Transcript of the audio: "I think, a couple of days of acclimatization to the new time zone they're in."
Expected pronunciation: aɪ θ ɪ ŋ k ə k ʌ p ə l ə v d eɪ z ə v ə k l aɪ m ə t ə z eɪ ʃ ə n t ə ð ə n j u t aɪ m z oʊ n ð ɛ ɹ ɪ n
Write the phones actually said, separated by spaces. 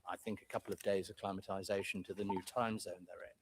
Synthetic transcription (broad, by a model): aɪ θ ɪ ŋ k ə k ʌ p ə l ə v d eɪ ə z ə k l aɪ m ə t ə z eɪ ʃ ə n t ə ð ə n j u t aɪ m z oʊ n ð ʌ ɹ ɪ n